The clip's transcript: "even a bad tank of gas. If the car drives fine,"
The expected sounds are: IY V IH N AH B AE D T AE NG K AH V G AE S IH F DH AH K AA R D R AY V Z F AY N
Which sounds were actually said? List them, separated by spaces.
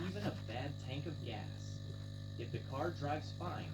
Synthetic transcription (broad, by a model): IY V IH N AH B AE D T AE NG K AH V G AE S IH F DH AH K AA R D R AY V Z F AY N